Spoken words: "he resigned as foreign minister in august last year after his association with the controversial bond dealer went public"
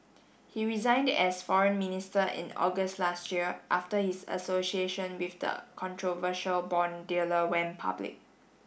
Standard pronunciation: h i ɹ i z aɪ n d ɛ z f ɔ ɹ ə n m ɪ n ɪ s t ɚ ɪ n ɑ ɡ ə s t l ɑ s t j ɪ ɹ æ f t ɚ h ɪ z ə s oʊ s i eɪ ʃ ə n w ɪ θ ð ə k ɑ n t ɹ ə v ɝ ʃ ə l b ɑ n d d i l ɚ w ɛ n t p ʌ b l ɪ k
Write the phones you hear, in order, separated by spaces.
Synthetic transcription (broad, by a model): h i ɹ i z aɪ n d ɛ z f ɔ ɹ ə n m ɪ n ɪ s t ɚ ɪ n ɑ ɡ ə s t l ɑ s t j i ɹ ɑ f t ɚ h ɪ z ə s oʊ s i eɪ ʃ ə n w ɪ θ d ə k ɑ n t ɹ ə v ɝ ʃ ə l b ɑ n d d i l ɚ w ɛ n p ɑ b l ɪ k